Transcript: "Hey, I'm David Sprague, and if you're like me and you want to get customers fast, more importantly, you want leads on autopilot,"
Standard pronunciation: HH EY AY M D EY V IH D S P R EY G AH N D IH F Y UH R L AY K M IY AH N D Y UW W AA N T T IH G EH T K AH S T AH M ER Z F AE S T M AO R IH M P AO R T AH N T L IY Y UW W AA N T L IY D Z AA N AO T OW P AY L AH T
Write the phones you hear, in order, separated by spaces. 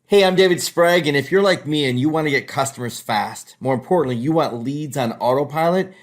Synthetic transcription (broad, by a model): HH EY AY M D EY V IH D S P R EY G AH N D IH F Y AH R L AY K M IY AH N Y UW W AA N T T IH G EH T K AH S T AH M ER Z F AE S T M AO R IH M P AO R T N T L IY Y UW W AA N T L IY D Z N AO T OW P AY L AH T